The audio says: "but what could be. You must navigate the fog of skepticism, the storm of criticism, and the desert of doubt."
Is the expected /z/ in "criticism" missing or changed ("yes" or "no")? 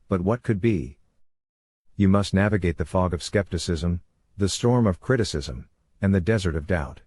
no